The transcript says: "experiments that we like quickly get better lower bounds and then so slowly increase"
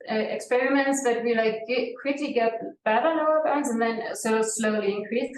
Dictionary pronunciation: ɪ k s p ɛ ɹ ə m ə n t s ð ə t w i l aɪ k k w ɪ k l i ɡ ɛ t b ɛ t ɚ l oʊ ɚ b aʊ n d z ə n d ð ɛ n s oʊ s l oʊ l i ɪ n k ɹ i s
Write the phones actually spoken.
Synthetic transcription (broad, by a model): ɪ k s p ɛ ɹ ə m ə n t s ð ə t w i l aɪ k k w ɪ k l i ɡ ɛ t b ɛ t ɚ n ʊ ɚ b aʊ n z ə n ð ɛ n s oʊ s l oʊ l i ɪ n k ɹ i s